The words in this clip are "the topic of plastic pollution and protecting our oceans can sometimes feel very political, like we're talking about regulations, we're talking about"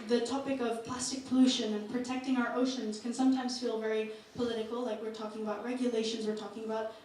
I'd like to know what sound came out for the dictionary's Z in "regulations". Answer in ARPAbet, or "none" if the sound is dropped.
Z